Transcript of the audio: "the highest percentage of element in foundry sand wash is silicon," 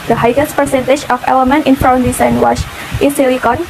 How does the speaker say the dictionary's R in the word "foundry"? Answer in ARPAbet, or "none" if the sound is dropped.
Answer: none